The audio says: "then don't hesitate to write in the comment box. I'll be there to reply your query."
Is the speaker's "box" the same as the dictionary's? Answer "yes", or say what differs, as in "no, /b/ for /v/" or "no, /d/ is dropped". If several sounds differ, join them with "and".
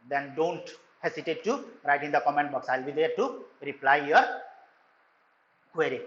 yes